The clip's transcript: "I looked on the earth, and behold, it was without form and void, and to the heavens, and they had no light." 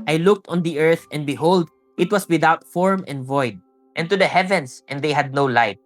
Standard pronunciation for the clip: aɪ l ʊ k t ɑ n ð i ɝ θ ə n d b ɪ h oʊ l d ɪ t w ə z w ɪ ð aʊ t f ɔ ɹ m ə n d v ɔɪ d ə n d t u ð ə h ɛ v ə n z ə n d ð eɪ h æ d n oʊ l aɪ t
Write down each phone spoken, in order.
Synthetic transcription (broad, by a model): aɪ l ʊ k t ɑ n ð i ɝ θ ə n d b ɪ h oʊ l d ɪ t w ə s w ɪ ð aʊ t f ɔ ɹ m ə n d v ɔɪ d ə n t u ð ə h ɛ v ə n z ə n d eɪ h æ d n oʊ l aɪ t